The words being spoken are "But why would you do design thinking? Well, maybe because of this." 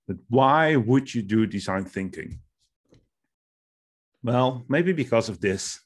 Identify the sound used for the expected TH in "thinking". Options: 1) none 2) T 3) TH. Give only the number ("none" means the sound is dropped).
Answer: 3